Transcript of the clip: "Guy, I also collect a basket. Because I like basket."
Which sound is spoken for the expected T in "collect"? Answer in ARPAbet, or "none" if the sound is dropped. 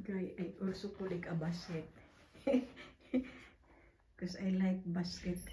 none